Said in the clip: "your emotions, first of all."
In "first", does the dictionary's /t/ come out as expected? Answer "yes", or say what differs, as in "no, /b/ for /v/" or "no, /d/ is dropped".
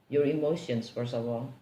no, /t/ is dropped